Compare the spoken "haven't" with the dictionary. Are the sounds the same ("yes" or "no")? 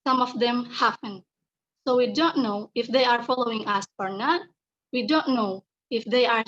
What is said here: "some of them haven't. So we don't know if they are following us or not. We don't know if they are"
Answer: no